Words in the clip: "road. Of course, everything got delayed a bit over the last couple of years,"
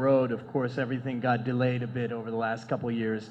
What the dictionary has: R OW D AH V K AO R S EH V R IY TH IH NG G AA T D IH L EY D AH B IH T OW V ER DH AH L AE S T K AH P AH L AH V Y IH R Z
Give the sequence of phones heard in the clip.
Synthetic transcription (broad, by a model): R OW D AH V K AO R S EH V R IY TH IH NG G AA T D IH L EY D AH B IH T OW V ER DH AH L AE S T K AH P L Y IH R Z